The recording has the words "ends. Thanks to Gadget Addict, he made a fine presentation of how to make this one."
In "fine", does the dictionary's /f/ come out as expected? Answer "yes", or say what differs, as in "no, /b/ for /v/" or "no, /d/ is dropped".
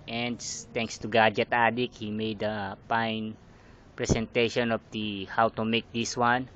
no, /p/ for /f/